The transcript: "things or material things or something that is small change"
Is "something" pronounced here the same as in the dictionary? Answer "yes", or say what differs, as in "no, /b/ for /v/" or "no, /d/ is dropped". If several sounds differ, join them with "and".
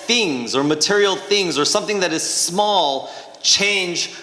yes